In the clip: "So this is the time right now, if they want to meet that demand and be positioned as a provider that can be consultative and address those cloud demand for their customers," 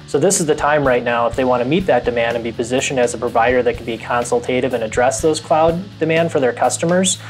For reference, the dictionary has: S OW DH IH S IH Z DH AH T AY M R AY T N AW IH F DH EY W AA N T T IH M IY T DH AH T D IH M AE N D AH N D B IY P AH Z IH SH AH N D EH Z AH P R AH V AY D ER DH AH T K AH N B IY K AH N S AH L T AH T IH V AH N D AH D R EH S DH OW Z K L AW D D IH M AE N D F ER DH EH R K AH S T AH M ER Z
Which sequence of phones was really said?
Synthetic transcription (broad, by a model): S OW DH IH S IH Z DH AH T AY M R AY T N AW IH F DH EY W AA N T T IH M IY T DH AH T D IH M AE N D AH N B IY P AH Z IH SH AH N D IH Z AH P R AH V AY D ER DH AH T K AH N B IY K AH N S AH L T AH T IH V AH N AH D R EH S DH OW Z K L AW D D IH M AE N D F ER DH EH R K AH S T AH M ER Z